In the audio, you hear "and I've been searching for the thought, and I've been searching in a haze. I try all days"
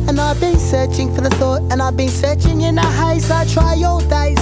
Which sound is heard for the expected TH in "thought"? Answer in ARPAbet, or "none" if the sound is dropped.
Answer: TH